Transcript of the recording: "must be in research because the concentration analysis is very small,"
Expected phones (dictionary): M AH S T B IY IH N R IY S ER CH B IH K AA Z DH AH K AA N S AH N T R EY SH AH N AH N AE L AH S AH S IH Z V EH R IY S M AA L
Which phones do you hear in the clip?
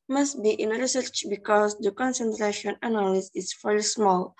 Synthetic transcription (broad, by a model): M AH S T B IY IH N R IY S ER CH B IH K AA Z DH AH K AA N S AH N T R EY SH AH N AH N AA L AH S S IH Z F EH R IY S M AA L